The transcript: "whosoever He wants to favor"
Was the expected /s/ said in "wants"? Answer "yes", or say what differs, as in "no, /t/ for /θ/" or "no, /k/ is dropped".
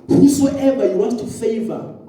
no, /s/ is dropped